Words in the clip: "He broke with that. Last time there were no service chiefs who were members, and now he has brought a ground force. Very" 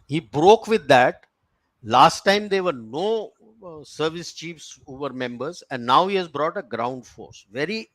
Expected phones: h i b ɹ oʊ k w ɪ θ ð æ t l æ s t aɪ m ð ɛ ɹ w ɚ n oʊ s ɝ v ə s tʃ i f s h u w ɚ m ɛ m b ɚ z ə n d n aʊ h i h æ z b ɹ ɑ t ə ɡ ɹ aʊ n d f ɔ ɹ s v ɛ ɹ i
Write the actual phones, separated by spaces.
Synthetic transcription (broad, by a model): h i b ɹ oʊ k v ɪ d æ t l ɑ s t aɪ m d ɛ ɹ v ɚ n oʊ s ɝ v ə s tʃ i f s h u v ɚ m ɛ m b ɚ z ə n d n aʊ h i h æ z b ɹ ɑ t ə ɡ ɹ aʊ n d f ɔ ɹ s v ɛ ɹ i